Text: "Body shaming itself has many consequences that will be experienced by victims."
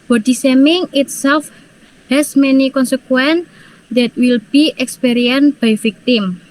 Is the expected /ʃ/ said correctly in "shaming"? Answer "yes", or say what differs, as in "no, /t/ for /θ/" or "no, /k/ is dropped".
no, /s/ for /ʃ/